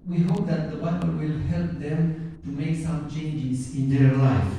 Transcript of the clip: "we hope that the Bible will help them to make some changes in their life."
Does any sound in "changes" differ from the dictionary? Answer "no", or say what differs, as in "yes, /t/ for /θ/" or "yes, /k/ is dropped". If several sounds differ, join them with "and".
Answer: yes, /s/ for /z/